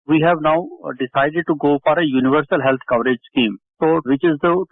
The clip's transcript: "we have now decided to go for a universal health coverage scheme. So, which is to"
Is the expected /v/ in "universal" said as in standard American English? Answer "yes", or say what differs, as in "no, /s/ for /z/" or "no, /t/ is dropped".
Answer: yes